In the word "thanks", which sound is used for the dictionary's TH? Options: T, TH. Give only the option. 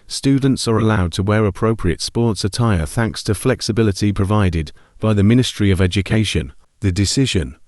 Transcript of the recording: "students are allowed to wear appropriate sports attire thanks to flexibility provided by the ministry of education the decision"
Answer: TH